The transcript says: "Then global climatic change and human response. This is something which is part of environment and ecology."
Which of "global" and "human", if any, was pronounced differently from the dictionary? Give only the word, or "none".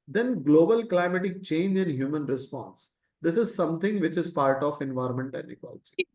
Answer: none